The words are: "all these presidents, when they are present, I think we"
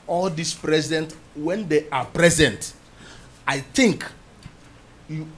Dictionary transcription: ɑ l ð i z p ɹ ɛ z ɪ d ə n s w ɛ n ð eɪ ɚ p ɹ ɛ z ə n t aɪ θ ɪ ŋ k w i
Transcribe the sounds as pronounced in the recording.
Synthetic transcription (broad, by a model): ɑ l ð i s p ɹ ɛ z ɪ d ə n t w ɛ n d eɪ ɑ p ɹ ɛ z ə n t aɪ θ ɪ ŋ k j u